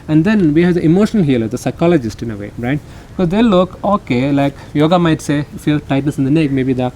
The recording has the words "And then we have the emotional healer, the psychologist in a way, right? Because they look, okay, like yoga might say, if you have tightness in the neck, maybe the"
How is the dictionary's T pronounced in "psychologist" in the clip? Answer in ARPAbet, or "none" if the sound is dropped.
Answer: T